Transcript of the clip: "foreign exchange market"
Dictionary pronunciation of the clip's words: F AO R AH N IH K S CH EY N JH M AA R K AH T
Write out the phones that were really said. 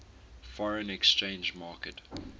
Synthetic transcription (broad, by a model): F AO R AH N IH K S CH EY N JH M AA K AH T